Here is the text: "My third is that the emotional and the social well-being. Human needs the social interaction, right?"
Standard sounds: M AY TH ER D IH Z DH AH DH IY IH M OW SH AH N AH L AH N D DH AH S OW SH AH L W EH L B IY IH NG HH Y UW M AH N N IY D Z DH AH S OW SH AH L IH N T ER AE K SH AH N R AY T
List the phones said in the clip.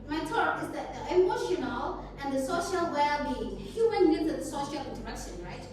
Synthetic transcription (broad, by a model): M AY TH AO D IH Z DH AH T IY IH M OW SH AH N AH L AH N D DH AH S OW SH AH L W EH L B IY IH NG HH Y UW M AH N L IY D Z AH S OW SH AH L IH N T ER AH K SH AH N R AY T